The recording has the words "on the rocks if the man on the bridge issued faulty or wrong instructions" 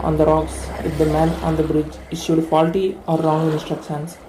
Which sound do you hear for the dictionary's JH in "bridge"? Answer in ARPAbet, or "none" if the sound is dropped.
JH